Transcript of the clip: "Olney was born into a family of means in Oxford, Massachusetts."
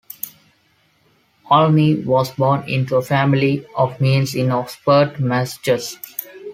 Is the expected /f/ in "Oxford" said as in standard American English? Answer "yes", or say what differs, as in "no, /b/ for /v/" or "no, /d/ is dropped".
no, /p/ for /f/